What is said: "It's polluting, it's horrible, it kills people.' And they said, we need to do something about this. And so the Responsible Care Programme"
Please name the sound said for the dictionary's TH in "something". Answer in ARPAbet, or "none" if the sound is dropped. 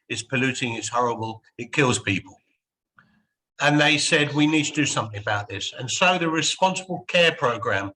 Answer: TH